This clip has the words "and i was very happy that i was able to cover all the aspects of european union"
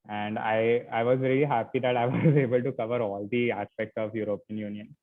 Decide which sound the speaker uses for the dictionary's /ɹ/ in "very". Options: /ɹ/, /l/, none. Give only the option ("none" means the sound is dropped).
/l/